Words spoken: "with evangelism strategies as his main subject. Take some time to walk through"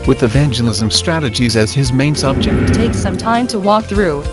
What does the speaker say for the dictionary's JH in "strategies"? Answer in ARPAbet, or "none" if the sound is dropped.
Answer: JH